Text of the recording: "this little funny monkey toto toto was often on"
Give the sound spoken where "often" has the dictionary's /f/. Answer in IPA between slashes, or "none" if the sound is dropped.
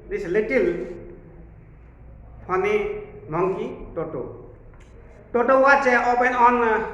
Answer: /p/